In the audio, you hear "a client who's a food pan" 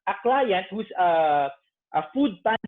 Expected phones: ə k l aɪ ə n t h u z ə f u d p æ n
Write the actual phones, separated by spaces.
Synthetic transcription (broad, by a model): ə k l aɪ ə n t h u s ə f u d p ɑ